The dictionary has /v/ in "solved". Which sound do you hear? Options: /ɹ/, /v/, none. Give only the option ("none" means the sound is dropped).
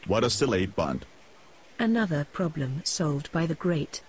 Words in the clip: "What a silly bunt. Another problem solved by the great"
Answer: /v/